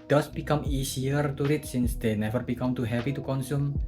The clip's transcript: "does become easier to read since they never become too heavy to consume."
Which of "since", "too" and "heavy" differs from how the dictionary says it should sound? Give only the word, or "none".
heavy